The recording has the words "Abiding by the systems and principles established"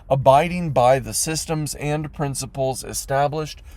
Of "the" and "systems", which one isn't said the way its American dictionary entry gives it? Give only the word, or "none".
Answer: none